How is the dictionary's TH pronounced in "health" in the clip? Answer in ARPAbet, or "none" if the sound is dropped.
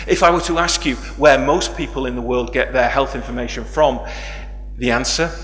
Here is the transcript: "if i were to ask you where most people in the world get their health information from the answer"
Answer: TH